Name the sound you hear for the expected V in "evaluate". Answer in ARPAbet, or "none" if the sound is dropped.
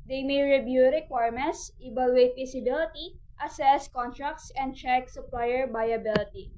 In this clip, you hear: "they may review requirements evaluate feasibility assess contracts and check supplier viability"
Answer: B